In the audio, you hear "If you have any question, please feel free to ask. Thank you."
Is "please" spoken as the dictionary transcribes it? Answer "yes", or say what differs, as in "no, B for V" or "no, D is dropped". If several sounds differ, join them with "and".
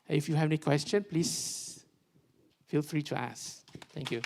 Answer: no, S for Z